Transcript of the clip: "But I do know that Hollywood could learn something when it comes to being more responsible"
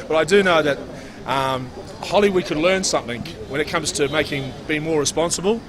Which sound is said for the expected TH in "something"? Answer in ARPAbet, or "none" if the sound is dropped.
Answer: TH